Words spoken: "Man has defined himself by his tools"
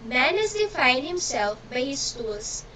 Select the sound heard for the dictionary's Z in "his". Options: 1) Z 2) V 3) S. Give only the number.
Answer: 3